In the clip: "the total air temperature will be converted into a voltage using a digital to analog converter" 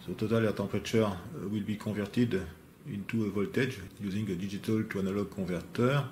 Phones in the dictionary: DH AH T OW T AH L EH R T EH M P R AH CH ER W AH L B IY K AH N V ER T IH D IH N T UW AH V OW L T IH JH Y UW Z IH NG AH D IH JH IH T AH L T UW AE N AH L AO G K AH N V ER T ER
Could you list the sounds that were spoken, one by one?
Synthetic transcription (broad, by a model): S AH T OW T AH L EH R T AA P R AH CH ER W AH L B IY K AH V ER T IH D IH N T UW AH V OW L T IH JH Y UW Z IH NG AH D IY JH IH T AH L T UW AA N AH L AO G K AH V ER T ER